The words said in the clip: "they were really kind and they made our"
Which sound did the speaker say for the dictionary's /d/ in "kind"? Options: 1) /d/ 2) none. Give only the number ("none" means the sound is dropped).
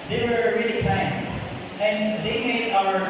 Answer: 2